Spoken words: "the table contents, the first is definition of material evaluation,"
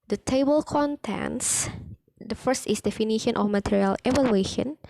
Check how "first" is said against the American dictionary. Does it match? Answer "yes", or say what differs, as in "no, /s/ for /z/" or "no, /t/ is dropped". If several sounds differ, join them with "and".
yes